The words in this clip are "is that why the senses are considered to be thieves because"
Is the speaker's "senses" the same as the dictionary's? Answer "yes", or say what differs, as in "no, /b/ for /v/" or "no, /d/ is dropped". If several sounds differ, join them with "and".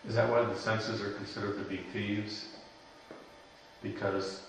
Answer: yes